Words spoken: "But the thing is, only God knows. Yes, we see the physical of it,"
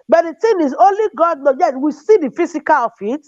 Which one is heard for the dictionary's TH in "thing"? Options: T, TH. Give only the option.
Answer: T